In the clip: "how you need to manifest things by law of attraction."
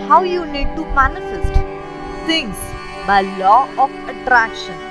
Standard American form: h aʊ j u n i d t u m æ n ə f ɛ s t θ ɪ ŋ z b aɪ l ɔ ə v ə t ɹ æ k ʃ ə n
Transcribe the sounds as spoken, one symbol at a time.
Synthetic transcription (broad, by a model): h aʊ j u n i d t u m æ n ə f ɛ s t s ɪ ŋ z b aɪ l ɔ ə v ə t ɹ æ k ʃ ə n